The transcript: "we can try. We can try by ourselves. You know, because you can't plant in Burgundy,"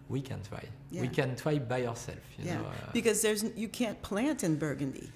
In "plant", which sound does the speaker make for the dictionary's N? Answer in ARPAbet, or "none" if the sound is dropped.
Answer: N